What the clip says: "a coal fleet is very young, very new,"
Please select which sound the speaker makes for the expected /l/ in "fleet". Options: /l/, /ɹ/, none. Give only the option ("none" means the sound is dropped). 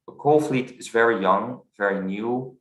/l/